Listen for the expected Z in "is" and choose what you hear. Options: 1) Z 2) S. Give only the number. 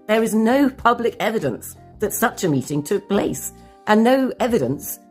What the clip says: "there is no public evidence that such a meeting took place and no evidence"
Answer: 1